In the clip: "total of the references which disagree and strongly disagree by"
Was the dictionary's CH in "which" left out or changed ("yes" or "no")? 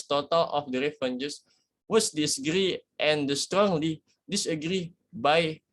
yes